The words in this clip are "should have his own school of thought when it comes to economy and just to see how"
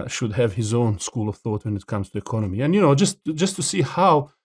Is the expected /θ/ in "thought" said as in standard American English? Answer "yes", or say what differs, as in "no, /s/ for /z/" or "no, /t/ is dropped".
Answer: yes